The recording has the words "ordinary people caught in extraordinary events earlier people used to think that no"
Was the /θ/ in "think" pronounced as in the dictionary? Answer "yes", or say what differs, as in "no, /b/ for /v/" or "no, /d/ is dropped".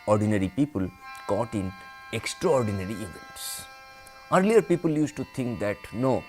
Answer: no, /t/ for /θ/